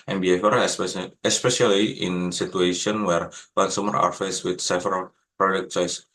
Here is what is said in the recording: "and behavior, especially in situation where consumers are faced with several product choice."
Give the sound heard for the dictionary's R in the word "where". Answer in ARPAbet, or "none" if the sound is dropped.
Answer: R